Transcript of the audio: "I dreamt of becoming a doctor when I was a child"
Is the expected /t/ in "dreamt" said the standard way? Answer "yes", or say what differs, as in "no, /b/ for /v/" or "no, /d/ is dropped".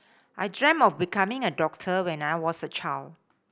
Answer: no, /t/ is dropped